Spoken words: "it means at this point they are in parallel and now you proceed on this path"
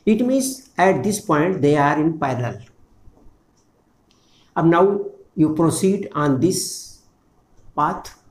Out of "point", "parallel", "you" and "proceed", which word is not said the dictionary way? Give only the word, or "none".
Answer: parallel